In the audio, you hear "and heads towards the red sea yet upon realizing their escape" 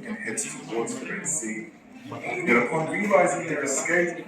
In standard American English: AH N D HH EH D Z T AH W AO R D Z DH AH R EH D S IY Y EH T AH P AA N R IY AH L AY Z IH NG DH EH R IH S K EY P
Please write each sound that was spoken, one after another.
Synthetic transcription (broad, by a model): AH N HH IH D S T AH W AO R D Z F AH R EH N S IY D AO AH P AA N R IY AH L AY Z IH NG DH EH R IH S K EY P